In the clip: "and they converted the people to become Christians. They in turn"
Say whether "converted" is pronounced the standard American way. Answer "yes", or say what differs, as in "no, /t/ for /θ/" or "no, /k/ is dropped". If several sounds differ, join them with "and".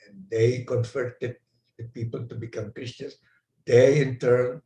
no, /f/ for /v/